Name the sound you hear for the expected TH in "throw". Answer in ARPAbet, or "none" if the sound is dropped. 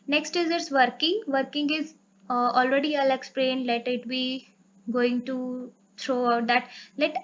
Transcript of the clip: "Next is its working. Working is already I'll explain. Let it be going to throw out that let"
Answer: T